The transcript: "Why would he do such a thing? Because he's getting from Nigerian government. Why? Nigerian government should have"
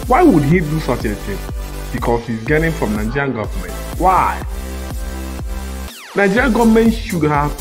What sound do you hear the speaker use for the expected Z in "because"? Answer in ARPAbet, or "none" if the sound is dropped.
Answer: S